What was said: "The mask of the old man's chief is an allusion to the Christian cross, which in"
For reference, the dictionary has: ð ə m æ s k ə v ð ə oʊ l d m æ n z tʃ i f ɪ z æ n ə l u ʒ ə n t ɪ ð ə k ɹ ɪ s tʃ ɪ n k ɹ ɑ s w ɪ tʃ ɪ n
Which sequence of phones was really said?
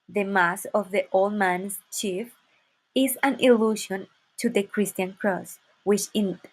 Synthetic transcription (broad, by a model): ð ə m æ s ə v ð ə oʊ l d m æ n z tʃ i f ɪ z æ n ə l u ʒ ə n t ɪ ð ə k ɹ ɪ s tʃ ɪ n k ɹ ɑ s w ɪ tʃ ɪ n